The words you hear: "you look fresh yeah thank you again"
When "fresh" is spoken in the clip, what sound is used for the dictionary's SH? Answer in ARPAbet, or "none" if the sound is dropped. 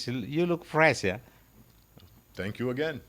S